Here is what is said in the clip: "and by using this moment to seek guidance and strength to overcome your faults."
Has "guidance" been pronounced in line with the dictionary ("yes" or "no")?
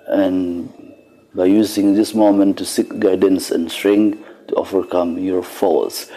yes